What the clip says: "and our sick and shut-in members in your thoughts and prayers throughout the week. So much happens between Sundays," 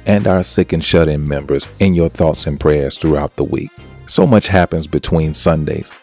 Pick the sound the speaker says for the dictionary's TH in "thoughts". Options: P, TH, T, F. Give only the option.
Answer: TH